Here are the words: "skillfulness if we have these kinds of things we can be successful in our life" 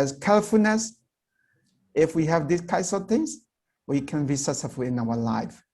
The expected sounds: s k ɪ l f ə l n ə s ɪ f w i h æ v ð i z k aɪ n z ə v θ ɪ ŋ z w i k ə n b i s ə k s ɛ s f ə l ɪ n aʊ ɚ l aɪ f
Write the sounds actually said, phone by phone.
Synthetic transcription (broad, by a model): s k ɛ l f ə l n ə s ɪ f w i h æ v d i s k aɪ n s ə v t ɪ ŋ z w i k ə n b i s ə s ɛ f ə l ɪ n aʊ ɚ l aɪ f